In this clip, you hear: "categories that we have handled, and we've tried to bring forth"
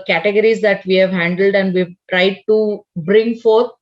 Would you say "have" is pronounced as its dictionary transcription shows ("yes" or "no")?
yes